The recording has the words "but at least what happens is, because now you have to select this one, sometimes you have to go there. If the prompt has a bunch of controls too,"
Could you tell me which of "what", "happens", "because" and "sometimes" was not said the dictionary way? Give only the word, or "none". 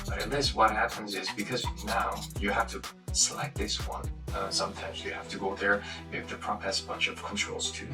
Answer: none